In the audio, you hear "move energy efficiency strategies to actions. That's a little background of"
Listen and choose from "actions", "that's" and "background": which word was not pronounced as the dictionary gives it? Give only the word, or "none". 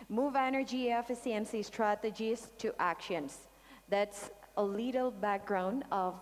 background